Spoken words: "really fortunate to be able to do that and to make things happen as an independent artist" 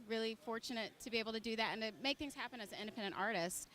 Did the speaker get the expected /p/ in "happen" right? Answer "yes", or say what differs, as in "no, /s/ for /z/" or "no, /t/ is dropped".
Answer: yes